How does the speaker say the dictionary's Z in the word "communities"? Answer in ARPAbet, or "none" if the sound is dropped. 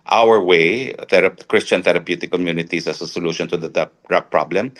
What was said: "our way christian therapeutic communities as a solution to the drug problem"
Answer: S